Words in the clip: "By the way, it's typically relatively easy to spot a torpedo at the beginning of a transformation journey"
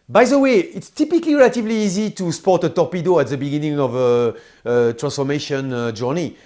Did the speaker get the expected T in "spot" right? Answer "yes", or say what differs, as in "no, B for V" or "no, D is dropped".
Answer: yes